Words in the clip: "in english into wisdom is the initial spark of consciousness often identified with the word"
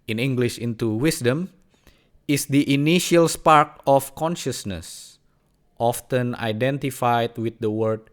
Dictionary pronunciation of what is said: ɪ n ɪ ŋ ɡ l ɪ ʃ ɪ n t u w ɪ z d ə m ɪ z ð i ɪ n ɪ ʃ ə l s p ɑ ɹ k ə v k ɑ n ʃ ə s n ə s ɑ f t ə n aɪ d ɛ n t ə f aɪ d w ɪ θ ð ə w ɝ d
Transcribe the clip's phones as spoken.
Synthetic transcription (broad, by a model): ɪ n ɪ ŋ ɡ l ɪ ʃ ɪ n t u w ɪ s d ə m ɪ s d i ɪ n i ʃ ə l s p ɑ ɹ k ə f k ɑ n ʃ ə s n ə s ɑ f t ə n aɪ d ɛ n t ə f aɪ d w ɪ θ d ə w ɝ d